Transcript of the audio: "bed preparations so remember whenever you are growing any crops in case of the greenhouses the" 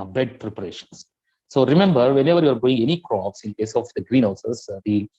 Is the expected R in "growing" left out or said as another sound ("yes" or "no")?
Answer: yes